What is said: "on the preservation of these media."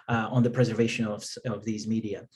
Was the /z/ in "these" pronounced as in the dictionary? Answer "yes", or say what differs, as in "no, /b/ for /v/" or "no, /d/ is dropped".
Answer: yes